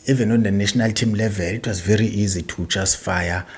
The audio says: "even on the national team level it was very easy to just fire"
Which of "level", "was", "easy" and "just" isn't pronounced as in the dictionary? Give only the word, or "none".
just